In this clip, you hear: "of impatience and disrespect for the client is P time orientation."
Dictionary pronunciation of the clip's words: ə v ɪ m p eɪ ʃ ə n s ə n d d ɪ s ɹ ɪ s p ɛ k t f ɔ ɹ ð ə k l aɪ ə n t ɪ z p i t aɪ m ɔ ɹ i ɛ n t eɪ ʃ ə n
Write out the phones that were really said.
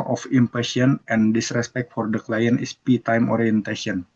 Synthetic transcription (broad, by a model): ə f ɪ m p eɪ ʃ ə n ə n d d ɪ s ɹ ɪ s p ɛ k t f ɔ ɹ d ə k l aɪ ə n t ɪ s p i t aɪ m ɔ ɹ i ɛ n t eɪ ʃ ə n